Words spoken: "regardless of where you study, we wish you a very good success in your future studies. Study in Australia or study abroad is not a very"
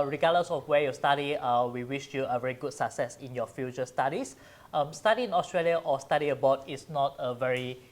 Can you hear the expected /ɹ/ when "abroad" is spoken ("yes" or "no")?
no